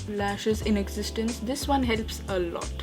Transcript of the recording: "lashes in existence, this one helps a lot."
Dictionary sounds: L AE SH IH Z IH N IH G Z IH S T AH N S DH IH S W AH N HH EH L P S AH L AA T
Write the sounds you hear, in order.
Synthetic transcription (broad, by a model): L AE SH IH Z IH N IH G Z IH S T AH N S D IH S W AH N HH EH L P S AH L AA T